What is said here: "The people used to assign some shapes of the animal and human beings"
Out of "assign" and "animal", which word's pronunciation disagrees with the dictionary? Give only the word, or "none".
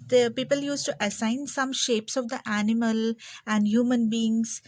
none